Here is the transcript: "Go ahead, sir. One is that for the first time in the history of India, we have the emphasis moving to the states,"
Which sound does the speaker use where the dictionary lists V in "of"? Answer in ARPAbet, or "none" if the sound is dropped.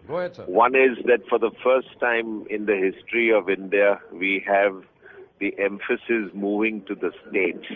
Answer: V